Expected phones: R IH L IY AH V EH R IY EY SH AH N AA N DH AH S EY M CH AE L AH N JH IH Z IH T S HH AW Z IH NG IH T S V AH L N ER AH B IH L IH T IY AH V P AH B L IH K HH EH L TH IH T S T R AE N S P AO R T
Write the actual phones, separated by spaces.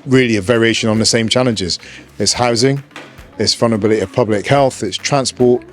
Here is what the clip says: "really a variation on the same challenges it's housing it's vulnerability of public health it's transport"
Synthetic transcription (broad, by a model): R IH L IY AH V EH R IY EY SH AH N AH N DH AH S EY M CH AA L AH N JH IH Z IH T S HH AW Z IH NG IH T S F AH N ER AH B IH L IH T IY AH V P AH B L IH K HH EH L TH IH T S T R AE N S P AO T